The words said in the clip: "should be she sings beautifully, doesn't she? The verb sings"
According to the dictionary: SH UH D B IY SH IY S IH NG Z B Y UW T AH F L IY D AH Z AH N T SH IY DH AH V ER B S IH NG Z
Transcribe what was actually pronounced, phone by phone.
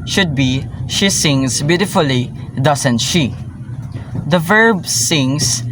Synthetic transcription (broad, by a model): SH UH D B IY SH IY S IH NG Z B Y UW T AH F L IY D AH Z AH N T SH IY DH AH V ER B S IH NG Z